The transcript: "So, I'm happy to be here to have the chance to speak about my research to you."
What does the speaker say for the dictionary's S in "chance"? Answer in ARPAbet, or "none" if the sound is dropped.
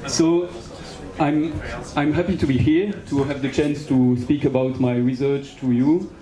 S